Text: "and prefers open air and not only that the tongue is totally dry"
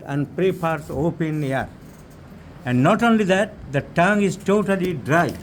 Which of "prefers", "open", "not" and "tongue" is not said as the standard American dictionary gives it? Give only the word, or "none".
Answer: prefers